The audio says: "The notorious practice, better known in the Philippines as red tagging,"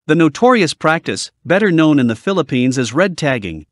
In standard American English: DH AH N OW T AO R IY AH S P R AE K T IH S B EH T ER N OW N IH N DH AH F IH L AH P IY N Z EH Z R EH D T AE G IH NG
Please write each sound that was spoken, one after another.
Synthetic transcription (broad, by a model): DH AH N OW T AO R IY AH S P R AE K T IH S B EH T ER N OW N IH N DH AH F IH L AH P IY N Z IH Z R EH D T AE G IH NG